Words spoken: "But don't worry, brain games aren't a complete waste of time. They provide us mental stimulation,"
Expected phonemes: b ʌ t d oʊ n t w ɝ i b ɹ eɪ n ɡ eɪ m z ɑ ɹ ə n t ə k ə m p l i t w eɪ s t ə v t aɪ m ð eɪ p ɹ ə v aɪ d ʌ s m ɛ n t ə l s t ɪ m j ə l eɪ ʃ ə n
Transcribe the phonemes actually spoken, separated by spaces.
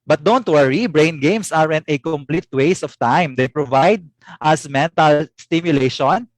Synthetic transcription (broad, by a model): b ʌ t d oʊ n t w ɝ i b ɹ eɪ n ɡ eɪ m s ɑ ɹ ə n t ə k ə m p l i t w eɪ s ə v t aɪ m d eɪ p ɹ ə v aɪ d ʌ s m ɛ n t ə l s t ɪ m j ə l eɪ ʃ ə n